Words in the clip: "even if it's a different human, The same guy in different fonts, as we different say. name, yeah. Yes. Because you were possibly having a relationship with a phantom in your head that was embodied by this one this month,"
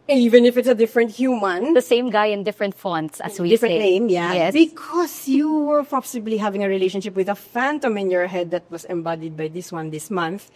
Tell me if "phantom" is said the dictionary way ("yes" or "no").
yes